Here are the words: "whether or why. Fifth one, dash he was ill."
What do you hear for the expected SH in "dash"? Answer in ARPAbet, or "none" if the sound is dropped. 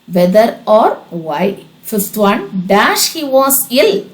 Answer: SH